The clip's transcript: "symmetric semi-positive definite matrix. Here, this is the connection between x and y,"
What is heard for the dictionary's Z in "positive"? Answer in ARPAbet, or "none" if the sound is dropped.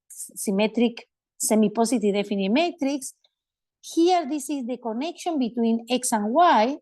S